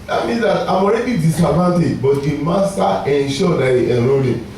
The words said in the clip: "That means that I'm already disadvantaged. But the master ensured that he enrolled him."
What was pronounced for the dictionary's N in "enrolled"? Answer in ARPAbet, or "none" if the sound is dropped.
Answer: none